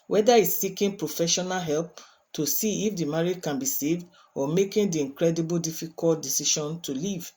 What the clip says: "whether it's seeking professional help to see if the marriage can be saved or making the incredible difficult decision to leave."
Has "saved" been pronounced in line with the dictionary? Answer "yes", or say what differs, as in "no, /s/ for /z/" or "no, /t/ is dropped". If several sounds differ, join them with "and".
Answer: yes